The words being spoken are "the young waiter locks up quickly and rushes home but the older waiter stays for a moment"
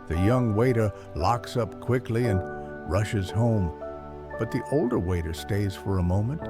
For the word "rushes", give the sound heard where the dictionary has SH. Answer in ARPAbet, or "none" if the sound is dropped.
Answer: SH